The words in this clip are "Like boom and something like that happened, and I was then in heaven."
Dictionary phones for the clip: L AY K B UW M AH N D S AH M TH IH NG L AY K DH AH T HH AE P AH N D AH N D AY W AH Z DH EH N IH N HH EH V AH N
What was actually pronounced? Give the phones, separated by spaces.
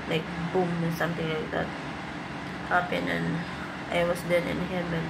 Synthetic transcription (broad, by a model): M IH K B UW M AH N S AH M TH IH NG L AY K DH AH T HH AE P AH N AH N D AY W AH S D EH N IH N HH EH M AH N